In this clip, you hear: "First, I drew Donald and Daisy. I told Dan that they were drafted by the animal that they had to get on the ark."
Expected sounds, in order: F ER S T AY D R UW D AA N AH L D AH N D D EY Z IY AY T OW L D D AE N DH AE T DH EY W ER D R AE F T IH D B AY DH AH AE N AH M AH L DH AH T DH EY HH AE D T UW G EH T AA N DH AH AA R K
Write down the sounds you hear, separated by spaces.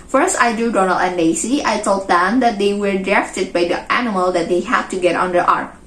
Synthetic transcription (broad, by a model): F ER S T AY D UW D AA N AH L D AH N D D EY S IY AY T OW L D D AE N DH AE T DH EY W ER D R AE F T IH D B AY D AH AE N AH M AH L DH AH T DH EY HH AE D T UW G EH T AA N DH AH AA R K